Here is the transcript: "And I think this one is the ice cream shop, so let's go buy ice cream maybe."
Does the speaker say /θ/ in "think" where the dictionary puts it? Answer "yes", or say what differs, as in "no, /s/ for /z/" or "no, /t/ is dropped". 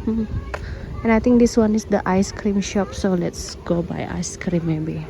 no, /t/ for /θ/